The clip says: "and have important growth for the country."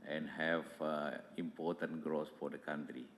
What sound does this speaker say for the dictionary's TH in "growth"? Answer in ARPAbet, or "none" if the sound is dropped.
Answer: S